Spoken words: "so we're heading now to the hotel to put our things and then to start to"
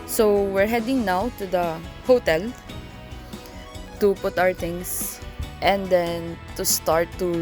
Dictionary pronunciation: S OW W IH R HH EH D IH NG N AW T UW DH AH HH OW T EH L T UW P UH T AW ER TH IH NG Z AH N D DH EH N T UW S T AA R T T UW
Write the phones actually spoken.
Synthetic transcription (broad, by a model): S OW W IH R HH EH D IH NG N AW T UW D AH HH OW T EH L T UW P UH T AW ER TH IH NG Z AH N D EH N T UW S T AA R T T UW